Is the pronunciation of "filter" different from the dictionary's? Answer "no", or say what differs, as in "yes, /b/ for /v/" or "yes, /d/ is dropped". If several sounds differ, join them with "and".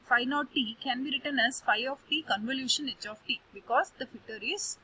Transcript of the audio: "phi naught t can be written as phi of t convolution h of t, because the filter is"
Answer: yes, /l/ is dropped